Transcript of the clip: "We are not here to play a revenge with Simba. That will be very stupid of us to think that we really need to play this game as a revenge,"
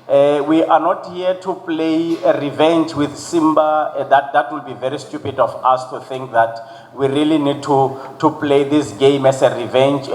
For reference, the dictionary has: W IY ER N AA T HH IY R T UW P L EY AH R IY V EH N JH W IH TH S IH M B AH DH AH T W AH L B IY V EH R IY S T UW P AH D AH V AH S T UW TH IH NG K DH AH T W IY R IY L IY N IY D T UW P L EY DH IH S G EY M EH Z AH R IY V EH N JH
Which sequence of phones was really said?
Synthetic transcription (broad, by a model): W IY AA N AA T HH IY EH T UW P L EY AH R IY V EH N JH W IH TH S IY M B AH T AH T W AH L B IY V EH R IY S T UW P AH D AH F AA S T UW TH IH NG K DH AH T W IY R IY L IY N IY D T UW P L EY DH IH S G EY M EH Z AH R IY V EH N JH